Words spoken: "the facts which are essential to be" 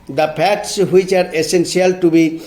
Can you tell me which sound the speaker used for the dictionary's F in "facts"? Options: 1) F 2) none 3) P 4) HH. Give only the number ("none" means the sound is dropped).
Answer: 3